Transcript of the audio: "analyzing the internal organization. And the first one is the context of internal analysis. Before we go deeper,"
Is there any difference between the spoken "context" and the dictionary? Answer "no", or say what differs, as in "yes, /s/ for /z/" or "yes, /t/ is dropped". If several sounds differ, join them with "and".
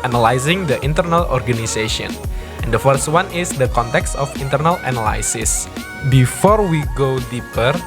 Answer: no